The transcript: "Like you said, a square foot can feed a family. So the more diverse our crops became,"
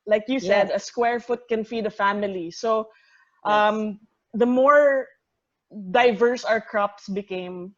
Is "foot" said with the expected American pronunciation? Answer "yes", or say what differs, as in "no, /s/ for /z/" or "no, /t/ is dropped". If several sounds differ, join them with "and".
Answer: yes